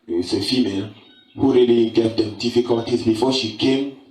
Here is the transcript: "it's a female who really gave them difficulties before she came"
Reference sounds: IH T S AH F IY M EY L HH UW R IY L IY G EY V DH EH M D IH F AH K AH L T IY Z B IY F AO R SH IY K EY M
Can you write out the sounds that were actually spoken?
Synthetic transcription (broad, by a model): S AH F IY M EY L HH UW R IY L IY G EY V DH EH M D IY F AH K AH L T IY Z B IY F AO SH IY K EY M